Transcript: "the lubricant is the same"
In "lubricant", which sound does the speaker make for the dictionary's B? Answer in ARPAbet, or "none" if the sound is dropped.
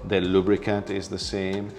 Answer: B